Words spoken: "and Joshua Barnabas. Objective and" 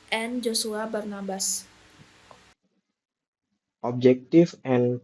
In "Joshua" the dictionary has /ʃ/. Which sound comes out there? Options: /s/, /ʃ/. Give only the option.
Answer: /s/